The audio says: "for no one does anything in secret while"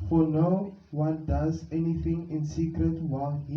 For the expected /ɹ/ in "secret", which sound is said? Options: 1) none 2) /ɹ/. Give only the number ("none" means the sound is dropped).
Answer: 2